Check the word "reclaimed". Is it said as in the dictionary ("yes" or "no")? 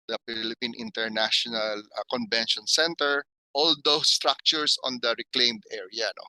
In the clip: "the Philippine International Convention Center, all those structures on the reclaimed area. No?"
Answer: yes